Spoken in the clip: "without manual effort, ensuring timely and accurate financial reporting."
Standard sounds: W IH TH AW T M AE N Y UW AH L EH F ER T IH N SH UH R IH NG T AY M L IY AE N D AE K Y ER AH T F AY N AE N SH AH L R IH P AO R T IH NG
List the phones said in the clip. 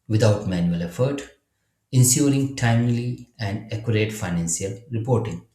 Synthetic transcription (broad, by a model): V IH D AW T M AE N Y UW AH L EH F ER T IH N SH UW R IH NG T AY M L IY AE N D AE K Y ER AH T F AY N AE N S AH L R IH P AO R T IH NG